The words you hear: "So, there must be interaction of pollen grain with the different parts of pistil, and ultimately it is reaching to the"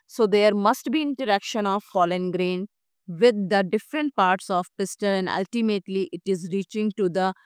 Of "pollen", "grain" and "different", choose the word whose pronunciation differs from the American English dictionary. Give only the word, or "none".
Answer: pollen